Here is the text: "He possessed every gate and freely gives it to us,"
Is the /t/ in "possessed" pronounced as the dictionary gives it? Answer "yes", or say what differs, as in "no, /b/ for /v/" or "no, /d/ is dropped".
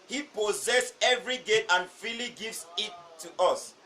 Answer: no, /t/ is dropped